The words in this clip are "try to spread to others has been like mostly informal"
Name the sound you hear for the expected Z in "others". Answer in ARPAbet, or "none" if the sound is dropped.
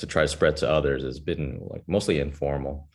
Z